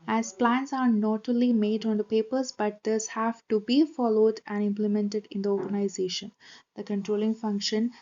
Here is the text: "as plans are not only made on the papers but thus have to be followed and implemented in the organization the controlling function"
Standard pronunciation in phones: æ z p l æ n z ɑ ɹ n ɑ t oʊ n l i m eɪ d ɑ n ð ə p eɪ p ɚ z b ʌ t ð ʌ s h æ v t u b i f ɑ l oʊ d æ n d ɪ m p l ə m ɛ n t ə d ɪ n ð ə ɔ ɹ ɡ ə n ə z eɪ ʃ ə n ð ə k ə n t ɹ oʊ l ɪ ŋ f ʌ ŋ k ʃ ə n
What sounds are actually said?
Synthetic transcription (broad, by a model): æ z p l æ n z ɑ ɹ n ɑ t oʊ l i m eɪ d ɑ n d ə p eɪ p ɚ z b ʌ t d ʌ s h æ v t u b i f ɑ l oʊ d æ n d ɪ m p l ə m ɛ n t ə d ɪ n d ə ɔ ɹ ɡ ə n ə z eɪ ʃ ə n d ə k ə n t ɹ oʊ l ɪ ŋ f ʌ ŋ k ʃ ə n